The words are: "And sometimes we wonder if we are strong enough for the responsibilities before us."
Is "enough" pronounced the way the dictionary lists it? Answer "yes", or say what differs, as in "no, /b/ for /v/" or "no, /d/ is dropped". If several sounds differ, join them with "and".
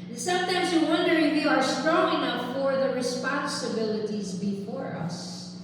no, /p/ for /f/